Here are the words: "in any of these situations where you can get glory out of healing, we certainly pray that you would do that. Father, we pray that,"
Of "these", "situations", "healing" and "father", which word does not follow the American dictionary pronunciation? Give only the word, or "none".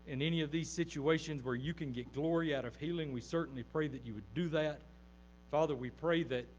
none